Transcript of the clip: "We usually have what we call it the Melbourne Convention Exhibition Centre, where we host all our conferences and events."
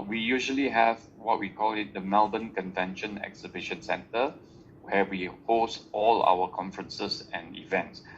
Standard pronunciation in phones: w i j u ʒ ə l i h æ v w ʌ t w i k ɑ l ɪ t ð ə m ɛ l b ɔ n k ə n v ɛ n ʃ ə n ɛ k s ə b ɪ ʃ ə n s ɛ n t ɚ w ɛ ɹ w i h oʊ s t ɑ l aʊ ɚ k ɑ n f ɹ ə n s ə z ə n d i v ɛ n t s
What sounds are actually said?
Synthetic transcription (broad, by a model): w i j u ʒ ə l i h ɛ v w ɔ t w i k ɑ l ɪ t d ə m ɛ l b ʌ n k ə n v ɛ n ʃ ə n ɛ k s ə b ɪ ʃ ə n s ɛ n t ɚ w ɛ w i h oʊ s t ɑ l aʊ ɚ k ɑ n f ɹ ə n s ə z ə n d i v ɛ n t s